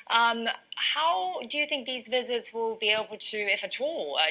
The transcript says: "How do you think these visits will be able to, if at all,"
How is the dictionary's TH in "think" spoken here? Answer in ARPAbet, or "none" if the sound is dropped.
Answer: TH